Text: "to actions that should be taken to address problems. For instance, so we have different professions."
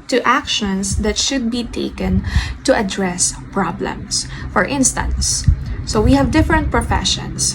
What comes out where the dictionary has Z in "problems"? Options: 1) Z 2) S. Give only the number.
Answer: 2